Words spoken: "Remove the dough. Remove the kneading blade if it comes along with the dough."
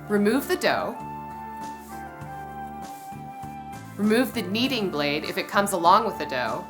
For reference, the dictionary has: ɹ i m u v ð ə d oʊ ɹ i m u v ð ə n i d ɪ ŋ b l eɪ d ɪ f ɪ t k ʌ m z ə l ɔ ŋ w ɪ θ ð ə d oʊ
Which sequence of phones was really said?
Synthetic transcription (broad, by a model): ɹ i m u v ð ə d oʊ ɹ i m u v ð ə n i d ɪ ŋ b l eɪ d ɪ f ɪ t k ʌ m z ə l ɔ ŋ w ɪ ð ə d oʊ